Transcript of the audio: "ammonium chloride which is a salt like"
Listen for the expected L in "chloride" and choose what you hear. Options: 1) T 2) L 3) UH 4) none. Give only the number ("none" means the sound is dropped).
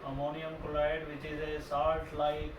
4